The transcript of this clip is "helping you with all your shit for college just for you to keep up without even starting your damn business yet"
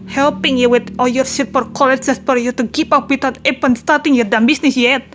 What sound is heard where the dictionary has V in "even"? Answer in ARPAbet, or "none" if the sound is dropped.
P